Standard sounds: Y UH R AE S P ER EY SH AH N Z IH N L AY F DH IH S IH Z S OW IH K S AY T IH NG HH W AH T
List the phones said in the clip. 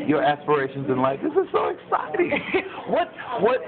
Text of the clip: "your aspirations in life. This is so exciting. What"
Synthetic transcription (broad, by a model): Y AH R AE S P ER EY SH AH N Z IH N L AY F DH IH S IH Z S OW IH K S AY T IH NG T W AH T